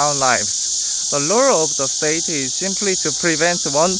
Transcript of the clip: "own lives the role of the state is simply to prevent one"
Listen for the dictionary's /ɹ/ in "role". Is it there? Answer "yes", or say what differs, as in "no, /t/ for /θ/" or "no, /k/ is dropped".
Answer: no, /l/ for /ɹ/